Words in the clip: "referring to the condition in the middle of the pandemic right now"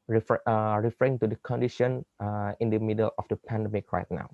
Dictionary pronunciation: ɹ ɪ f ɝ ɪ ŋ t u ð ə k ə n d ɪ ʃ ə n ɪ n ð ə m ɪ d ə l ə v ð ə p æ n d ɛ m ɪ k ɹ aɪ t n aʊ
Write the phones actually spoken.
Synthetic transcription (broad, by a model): ɹ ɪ f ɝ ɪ ŋ t u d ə k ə n d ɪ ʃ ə n ɪ n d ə m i d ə l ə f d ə p æ n d ɛ m ɪ k ɹ aɪ t n aʊ